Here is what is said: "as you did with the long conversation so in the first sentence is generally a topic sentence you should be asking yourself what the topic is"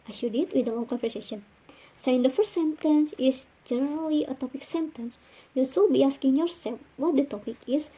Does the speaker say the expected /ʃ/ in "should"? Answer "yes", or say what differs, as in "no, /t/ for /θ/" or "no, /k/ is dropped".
no, /s/ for /ʃ/